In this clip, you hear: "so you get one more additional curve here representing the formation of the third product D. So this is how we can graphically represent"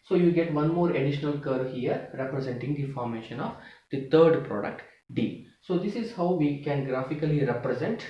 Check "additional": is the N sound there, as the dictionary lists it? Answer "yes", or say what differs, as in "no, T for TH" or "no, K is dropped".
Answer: yes